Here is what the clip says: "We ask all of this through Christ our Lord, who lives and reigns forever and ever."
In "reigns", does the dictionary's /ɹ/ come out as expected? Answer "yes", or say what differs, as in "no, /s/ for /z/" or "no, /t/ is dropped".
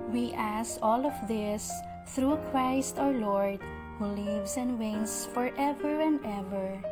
no, /w/ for /ɹ/